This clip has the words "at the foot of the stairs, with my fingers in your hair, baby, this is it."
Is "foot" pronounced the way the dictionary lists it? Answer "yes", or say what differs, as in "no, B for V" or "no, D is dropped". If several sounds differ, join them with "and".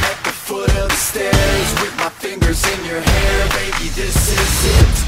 yes